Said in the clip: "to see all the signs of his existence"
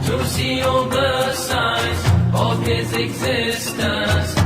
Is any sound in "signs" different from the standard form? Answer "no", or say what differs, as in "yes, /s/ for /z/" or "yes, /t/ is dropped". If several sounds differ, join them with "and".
yes, /n/ is dropped